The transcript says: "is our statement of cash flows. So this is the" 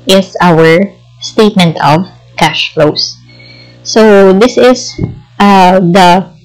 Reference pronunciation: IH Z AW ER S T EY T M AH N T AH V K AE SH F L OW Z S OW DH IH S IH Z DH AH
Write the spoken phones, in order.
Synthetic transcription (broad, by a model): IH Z AW ER S T EY T M AH N T AH V K AE SH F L OW S OW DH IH S IH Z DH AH